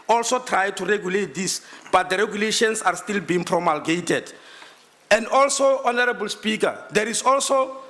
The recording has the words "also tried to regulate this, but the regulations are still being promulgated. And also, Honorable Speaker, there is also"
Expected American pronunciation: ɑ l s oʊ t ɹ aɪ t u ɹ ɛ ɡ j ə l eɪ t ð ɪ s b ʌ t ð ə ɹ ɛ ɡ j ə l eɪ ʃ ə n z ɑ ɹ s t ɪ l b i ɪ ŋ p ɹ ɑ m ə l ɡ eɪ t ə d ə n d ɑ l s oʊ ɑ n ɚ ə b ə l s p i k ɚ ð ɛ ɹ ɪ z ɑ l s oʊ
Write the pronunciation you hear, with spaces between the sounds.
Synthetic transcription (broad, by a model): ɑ l s oʊ t ɹ aɪ t u ɹ ɛ ɡ j ə l eɪ t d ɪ s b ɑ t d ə ɹ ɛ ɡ j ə l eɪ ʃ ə n s ɑ ɹ s t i l b i ɪ ŋ p ɹ ɑ m ə l ɡ eɪ t ə d ə n d ɑ l s oʊ ɑ n ɚ ə b ə l s p i k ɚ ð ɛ ɹ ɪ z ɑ l s oʊ